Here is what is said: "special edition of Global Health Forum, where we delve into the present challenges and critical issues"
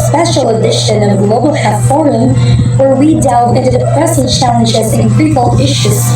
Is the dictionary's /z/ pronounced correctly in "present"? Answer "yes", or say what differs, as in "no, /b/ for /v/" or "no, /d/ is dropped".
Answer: no, /s/ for /z/